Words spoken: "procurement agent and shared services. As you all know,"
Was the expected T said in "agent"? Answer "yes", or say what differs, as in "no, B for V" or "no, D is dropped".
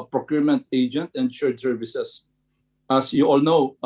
yes